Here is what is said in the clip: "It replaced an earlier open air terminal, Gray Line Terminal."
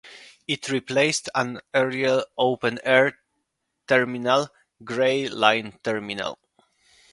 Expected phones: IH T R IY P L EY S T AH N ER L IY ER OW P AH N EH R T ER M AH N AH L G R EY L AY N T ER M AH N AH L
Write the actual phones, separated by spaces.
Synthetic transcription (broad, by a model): IH T R IY P L EY S T AH N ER IY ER OW P AH N EH R T ER M AH N AH L G R EY L AY N T ER M AH N AH L